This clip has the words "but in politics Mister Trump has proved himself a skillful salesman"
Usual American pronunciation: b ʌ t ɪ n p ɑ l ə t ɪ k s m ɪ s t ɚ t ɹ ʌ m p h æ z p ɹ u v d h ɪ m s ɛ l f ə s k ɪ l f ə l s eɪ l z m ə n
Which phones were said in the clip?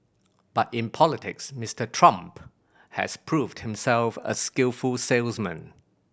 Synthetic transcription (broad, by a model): b ʌ t ɪ n p ɑ l ə t ɪ k s m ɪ s t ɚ t ɹ ʌ m p h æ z p ɹ u v d h ɪ m s ɛ l f ə s k ɪ l f ə l s eɪ l z m ə n